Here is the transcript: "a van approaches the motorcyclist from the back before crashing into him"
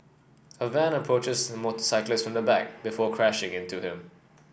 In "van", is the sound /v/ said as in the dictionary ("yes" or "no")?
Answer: yes